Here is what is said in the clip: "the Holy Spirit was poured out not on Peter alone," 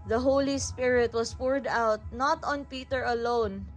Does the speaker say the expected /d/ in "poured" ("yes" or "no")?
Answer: yes